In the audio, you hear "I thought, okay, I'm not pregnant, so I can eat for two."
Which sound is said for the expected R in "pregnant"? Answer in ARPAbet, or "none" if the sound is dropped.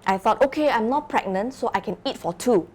R